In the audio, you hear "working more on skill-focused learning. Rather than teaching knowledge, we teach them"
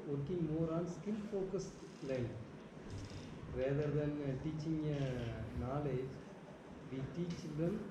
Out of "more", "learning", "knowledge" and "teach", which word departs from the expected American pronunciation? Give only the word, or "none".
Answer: learning